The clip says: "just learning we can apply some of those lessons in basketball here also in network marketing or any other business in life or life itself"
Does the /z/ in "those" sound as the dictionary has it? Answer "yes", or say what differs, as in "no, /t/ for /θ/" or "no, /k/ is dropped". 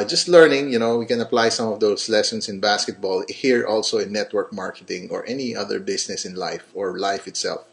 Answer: no, /s/ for /z/